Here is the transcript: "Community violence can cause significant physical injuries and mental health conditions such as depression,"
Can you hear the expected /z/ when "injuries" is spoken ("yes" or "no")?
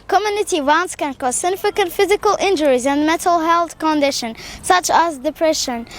yes